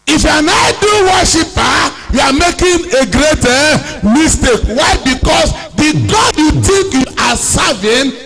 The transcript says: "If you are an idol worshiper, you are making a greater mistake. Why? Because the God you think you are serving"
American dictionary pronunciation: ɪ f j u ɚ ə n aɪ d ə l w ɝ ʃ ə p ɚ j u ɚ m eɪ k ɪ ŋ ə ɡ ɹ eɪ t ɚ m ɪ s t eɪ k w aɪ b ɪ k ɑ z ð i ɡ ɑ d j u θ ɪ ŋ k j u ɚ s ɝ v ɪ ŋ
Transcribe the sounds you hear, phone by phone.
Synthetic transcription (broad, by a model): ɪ f j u ə n aɪ d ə w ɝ ʃ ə p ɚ j u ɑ m eɪ k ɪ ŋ ə ɡ ɹ eɪ t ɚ m ɪ s t eɪ k w aɪ b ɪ k ɑ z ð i ɡ ɑ d j u t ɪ ŋ k j u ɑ s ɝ v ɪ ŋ